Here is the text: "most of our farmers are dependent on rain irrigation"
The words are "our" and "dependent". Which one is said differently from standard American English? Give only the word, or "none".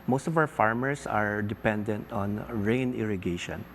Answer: our